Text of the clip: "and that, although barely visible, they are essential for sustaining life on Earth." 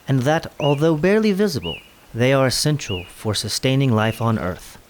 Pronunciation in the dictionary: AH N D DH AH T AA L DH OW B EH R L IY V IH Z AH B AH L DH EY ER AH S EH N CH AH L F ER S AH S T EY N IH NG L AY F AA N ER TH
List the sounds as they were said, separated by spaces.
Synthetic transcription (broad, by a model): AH N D DH AH T AA L DH OW B EH R L IY V IH Z AH B AH L DH EY ER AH S EH N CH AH L F ER S AH S T EY N IH NG L AY F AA N ER TH